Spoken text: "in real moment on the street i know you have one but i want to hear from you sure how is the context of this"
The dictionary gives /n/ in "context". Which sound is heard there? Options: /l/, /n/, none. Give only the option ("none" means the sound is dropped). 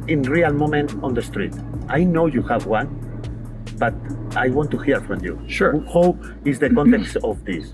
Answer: /n/